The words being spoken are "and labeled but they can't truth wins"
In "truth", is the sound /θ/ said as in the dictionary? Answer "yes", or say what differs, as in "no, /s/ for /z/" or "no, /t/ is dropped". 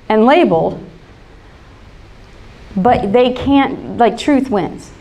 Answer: yes